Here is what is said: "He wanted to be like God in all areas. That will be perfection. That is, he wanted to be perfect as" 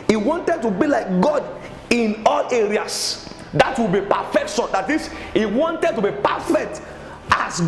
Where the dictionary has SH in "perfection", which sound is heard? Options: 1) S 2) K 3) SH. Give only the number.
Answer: 1